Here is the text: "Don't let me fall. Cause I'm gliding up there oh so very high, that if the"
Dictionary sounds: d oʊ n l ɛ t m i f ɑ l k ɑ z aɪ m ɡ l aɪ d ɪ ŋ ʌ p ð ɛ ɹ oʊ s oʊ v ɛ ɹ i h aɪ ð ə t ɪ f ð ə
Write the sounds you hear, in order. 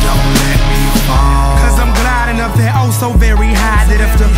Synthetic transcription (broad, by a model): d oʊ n l ɛ t m i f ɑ k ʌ z aɪ m ɡ l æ d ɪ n ʌ f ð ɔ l s oʊ v ɛ ɹ i h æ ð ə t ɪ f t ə